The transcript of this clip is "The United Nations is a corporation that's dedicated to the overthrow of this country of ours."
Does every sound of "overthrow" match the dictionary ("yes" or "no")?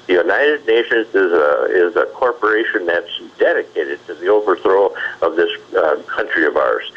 yes